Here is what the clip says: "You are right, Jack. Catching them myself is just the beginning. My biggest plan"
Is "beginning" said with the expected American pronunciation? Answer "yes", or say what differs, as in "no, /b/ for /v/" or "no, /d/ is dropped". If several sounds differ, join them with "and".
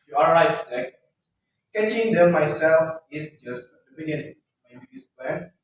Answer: no, /n/ is dropped